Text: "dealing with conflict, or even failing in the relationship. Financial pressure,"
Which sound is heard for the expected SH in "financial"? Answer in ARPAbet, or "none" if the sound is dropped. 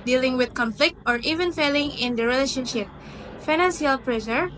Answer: S